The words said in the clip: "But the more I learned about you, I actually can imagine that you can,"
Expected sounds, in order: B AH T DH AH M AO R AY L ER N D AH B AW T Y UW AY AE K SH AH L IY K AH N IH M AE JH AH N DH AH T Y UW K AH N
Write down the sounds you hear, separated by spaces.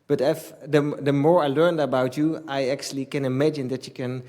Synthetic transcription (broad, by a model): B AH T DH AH M AO R AY L ER N D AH B AW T Y UW AY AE K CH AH L IY K AH N IH M AE JH AH N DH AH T Y UW K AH N